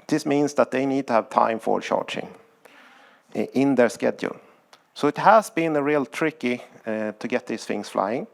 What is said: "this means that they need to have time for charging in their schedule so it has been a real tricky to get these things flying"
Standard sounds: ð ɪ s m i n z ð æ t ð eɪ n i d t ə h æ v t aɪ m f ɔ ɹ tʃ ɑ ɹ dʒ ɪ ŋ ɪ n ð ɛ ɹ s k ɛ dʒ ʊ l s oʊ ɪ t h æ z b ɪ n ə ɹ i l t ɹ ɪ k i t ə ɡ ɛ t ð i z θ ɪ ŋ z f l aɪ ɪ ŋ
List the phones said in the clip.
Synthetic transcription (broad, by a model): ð ɪ s m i n s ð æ t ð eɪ n i d t ə h æ v t aɪ m f ɔ ɹ ʃ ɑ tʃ ɪ ŋ ɪ n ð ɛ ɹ s k ɛ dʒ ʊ l s oʊ ɪ t h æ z b ɪ n ə ɹ i l t ɹ ɪ k i t ə ɡ ɛ t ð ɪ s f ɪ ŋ s f l aɪ ɪ ŋ